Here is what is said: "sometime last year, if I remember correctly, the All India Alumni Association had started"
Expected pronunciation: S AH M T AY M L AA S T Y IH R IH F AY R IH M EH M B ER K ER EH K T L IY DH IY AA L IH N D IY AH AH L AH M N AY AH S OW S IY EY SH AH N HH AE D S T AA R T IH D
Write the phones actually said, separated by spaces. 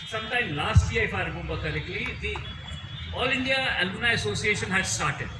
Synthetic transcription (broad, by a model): S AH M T AY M L AA S T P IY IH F AY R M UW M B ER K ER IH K L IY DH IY AA L IH N D IY AH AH L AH N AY AH S OW S IY EY SH AH N HH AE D S T AA R T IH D